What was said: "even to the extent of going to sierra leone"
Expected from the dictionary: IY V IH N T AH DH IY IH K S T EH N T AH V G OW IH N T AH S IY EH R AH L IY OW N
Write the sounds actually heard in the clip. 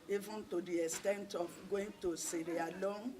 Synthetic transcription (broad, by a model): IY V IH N T AH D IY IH S T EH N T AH F G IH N T AH S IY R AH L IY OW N